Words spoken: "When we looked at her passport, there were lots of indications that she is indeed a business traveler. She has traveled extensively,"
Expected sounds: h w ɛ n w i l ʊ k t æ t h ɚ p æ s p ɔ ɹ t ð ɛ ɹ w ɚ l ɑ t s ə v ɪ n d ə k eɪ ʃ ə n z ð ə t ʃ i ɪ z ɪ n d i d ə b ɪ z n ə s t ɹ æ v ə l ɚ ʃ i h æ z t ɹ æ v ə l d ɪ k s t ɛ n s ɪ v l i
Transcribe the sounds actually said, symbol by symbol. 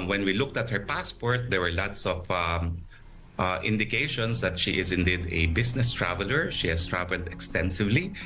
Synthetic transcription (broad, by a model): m w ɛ n w i l ʊ k t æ t h ɚ p æ s p ɔ ɹ t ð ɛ ɹ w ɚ l ɑ t s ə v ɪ n d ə k eɪ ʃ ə n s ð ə t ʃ i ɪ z ɪ n d i d ə b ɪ s n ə s t ɹ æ v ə l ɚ ʃ i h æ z t ɹ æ v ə l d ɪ k s t ɛ n s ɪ v l i